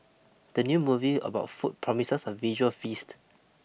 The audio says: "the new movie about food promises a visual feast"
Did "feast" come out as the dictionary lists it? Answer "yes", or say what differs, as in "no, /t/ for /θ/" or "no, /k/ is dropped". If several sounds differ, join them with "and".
yes